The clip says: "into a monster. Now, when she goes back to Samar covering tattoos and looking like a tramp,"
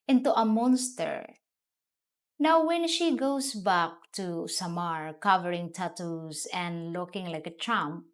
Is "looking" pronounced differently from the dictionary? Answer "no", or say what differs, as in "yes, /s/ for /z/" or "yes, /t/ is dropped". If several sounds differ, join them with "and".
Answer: no